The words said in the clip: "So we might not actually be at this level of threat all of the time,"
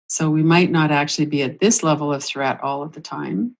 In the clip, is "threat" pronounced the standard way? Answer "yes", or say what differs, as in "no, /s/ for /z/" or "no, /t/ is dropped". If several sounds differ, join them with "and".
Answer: yes